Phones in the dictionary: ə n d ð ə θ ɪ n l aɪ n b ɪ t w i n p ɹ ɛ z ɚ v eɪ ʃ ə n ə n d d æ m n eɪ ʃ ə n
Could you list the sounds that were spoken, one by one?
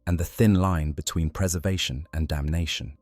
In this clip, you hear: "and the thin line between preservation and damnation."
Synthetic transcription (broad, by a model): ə n ð ə θ ɪ n l aɪ n b ɪ t w i n p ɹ ɛ z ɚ v eɪ ʃ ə n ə n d d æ m n eɪ ʃ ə n